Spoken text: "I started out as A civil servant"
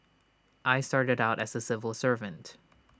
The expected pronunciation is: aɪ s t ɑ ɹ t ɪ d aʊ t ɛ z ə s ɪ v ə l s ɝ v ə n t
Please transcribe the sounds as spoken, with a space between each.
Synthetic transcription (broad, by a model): aɪ s t ɑ ɹ t ɪ d aʊ t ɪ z ə s ɪ v ə l s ɝ v ə n t